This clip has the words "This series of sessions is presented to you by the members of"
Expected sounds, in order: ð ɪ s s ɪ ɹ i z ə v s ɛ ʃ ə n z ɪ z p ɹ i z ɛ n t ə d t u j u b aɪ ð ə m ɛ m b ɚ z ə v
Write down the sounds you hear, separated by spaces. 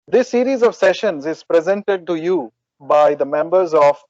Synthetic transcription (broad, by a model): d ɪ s s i ɹ i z ə v s ɛ ʃ ə n z ɪ z p ɹ i z ɛ n t ə d t u j u b aɪ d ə m ɛ m b ɚ z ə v